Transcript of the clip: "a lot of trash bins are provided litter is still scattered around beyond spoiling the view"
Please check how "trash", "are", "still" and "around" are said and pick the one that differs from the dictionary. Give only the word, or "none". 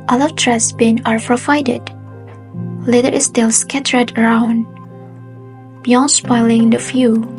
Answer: trash